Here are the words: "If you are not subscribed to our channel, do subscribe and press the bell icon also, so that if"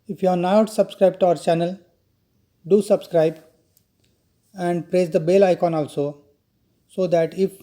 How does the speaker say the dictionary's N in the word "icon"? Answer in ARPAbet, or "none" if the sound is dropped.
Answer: N